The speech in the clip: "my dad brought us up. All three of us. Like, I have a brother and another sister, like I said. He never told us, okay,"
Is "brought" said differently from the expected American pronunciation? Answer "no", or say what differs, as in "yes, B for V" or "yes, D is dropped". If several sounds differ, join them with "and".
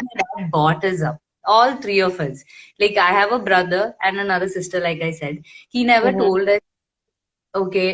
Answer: yes, R is dropped